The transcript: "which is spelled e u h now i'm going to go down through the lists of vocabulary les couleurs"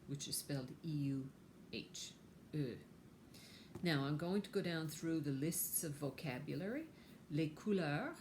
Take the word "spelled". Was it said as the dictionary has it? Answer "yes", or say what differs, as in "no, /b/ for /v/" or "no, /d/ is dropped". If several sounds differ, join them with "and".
yes